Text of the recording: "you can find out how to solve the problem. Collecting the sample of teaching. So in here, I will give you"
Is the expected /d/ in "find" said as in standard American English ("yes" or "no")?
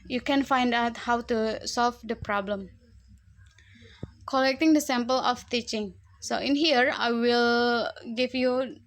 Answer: yes